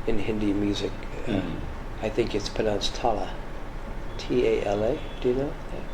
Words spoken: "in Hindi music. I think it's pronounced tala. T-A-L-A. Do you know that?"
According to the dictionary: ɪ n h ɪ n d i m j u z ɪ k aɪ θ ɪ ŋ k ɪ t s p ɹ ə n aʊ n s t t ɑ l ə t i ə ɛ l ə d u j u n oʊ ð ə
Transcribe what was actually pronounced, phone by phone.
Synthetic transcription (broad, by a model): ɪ n h ɪ n d i m j u z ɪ k aɪ θ ɪ ŋ k ɪ t s p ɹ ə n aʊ n s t t ɑ l ə t i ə ɛ l ə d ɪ j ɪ n oʊ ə